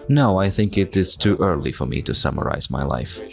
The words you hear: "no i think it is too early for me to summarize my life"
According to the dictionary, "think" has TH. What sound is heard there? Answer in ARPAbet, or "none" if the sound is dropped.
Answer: TH